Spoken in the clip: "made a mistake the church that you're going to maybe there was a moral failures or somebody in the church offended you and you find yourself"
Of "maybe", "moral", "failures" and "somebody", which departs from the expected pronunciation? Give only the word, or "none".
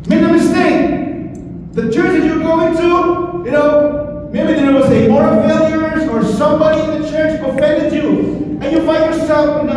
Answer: moral